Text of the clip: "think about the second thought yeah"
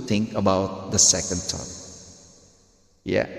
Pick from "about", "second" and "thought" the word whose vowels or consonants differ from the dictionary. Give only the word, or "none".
thought